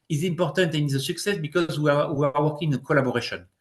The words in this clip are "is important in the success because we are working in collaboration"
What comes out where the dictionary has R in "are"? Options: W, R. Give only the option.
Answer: W